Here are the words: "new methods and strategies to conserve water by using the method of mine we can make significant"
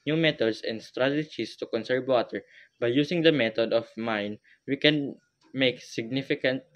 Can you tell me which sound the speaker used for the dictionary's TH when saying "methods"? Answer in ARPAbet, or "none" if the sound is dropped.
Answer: T